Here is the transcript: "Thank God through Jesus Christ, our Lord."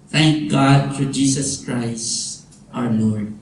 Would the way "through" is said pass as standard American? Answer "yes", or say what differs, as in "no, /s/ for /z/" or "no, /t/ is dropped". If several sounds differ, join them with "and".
no, /f/ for /θ/